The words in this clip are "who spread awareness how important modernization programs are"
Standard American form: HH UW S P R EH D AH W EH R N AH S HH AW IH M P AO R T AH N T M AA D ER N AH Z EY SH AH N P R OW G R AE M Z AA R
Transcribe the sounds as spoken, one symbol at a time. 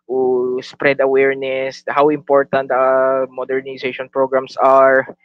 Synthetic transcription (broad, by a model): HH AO S P R EH D AH W EH R N AH S HH AW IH M P AO R T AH N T M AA D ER N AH S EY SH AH N P R OW G R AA M S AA R